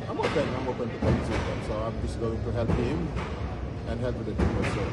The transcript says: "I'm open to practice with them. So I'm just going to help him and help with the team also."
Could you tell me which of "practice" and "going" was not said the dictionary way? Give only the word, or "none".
practice